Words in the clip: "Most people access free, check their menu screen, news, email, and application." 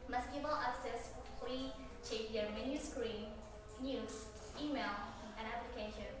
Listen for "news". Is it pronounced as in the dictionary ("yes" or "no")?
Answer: no